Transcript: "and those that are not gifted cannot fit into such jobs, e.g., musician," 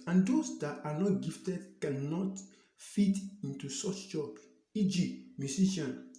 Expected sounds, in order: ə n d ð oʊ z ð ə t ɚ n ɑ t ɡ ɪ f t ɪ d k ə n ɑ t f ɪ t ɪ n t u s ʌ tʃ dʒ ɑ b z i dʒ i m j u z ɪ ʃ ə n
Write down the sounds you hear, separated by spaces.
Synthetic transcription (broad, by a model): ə n d oʊ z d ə t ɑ n ɑ t ɡ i f t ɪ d k ə n ɑ t f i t ɪ n t u s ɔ tʃ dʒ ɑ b i dʒ i m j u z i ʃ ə n